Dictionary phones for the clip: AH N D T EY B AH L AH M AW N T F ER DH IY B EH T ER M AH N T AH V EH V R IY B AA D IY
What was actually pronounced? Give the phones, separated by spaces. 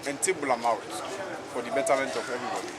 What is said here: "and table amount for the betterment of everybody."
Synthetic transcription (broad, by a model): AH N T EY B AH L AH M AW T F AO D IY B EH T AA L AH N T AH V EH V R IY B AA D IY